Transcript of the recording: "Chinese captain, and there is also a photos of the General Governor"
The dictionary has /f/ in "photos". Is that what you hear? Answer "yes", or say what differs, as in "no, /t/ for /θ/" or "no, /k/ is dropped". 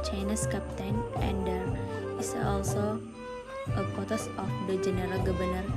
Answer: no, /p/ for /f/